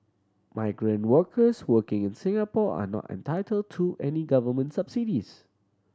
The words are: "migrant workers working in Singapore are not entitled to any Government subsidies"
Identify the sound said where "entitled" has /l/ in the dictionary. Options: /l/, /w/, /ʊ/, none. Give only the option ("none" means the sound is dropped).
/l/